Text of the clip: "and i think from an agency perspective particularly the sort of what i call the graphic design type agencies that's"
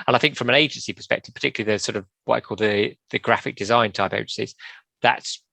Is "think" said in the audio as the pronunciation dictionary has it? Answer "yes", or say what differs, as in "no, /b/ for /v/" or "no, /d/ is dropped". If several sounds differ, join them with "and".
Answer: yes